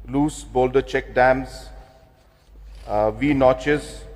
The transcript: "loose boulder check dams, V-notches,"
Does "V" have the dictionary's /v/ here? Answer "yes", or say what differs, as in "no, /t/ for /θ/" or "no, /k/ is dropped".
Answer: yes